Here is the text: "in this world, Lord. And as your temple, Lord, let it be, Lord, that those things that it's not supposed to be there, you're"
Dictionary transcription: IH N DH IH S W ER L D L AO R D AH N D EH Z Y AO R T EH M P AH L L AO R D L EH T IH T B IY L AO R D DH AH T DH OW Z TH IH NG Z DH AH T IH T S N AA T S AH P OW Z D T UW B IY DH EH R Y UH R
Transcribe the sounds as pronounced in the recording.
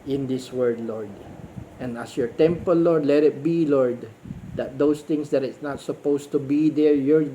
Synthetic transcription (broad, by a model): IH N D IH S W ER D L AO R D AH N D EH S Y AO R T EH M P AH L L AO R D L EH T IH T B IY L AO R D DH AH T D OW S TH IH NG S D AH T IH T S N AA T S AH P OW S T UW B IY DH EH R Y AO R